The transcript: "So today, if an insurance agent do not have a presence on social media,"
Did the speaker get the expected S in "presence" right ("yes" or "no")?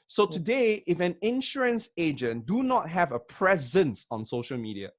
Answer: yes